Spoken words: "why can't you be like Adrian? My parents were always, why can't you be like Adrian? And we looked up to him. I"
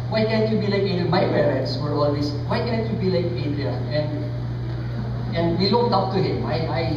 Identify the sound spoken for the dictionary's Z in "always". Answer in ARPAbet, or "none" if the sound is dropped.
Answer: S